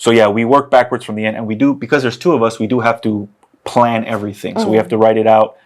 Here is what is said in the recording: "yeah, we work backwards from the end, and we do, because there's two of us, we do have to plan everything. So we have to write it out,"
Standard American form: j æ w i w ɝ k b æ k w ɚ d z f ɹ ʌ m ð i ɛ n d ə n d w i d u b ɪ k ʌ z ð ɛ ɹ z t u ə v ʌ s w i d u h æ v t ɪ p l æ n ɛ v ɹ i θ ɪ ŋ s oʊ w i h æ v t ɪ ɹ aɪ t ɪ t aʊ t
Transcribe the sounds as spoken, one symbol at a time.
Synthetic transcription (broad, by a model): j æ w i w ɝ k b æ k w ɚ d z f ɹ ʌ m ð i ɛ n d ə n w i d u b ɪ k ʌ z ð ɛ ɹ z t u ə v ʌ s w i d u h æ f t ɪ p l æ n ɛ v ɹ i θ ɪ ŋ s oʊ w i h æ f t ɪ ɹ aɪ t ɪ t aʊ t